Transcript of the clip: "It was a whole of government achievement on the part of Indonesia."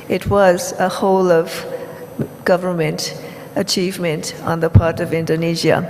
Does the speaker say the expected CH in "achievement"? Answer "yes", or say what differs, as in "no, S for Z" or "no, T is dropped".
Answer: yes